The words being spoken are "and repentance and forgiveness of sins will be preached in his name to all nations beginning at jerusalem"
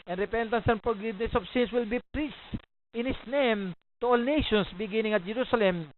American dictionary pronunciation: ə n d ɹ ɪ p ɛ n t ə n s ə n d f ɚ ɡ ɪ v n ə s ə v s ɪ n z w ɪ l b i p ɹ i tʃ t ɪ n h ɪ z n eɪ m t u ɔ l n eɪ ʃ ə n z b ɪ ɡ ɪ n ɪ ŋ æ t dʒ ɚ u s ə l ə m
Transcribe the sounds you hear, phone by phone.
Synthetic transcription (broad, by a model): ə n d ɹ ɪ p ɛ n t ə n s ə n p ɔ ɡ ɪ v n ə s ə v s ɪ n s w ɪ l b i p ɹ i s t ɪ n h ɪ s n eɪ m t u ɔ l n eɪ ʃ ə n s b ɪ ɡ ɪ n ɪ ŋ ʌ t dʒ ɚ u s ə l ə m